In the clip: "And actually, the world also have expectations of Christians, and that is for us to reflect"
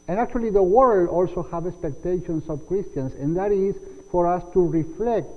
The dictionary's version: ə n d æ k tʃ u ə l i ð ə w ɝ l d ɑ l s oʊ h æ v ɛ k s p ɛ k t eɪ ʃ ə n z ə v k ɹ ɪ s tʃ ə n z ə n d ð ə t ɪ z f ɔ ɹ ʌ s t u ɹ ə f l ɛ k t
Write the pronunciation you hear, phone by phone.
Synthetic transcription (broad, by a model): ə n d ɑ k tʃ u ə l i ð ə w ɝ l d ɑ l s oʊ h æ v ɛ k s p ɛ k t eɪ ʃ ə n s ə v k ɹ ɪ s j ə n s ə n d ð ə t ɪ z f ɔ ɹ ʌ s t u ɹ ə f l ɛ k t